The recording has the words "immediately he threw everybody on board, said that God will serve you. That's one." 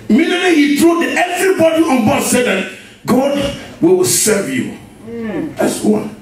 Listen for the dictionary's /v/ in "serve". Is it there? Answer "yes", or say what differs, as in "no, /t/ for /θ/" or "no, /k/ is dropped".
yes